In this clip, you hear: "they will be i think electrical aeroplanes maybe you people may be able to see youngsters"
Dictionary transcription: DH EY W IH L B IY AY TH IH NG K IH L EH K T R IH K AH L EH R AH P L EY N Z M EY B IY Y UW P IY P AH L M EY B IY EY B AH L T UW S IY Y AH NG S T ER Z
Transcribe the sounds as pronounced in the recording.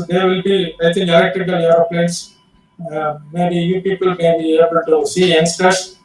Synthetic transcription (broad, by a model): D EY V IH L B IY AY T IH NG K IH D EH K T IH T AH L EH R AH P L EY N S M EY B IY Y UW P IY P AH L M EY B IY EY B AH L T UW S IY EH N S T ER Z